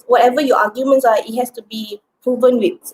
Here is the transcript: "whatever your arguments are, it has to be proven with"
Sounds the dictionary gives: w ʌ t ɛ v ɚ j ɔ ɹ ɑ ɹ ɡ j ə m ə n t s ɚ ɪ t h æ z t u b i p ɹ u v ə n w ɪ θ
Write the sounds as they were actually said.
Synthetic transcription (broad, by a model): w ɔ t ɛ v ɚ j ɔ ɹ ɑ ɡ j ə m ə n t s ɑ ɪ t h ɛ s t u b i p ɹ u v ə n w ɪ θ